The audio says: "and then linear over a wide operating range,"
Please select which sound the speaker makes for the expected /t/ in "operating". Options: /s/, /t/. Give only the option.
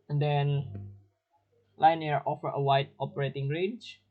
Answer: /t/